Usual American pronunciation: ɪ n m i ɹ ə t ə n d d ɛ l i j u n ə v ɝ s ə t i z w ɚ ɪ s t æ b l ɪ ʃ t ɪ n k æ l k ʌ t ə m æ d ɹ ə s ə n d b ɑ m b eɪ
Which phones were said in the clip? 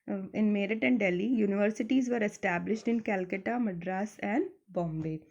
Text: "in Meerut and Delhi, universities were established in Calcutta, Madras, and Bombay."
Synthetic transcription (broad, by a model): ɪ n m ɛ ɹ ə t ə n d d ɛ l i j u n ə v ɝ s ə t i z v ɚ ɪ s t æ b l ɪ ʃ t ɪ n k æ l k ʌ t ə m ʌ d ɹ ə s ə n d b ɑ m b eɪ